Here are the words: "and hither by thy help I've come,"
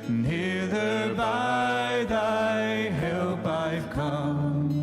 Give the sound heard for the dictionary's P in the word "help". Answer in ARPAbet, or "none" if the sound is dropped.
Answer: B